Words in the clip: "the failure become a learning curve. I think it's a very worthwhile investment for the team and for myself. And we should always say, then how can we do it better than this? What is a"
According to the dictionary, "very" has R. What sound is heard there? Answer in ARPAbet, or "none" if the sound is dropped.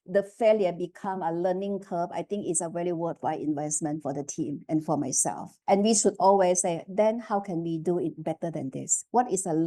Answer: L